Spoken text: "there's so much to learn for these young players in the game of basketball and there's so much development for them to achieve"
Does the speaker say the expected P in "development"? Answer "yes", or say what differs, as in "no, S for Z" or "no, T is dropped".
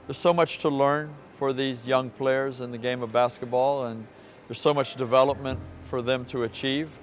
yes